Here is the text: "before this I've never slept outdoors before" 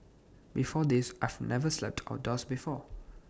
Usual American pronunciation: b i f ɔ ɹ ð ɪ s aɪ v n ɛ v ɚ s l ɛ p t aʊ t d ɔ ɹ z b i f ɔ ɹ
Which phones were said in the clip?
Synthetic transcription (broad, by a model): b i f ɔ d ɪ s aɪ v n ɛ v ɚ s l ɛ p t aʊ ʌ d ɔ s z b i f ɔ